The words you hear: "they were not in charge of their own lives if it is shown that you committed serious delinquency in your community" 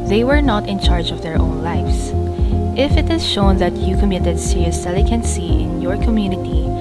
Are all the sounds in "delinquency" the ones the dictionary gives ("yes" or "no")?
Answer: no